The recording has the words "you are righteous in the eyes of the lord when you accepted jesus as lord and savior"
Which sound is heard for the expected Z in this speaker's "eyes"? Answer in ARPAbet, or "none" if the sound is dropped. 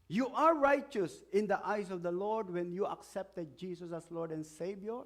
S